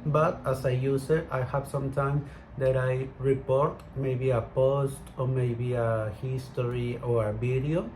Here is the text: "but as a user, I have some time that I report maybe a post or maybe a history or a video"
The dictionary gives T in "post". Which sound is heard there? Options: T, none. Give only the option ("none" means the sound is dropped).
T